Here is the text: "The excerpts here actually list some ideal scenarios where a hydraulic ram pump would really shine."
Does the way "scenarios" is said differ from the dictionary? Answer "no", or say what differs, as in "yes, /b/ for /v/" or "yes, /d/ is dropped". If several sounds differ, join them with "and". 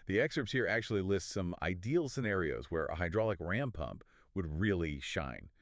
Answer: no